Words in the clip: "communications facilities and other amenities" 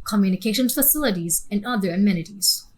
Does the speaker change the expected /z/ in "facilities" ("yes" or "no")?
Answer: no